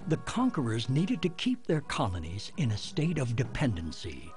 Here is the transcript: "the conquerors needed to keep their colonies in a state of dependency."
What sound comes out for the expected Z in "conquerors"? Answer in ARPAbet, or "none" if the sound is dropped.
Z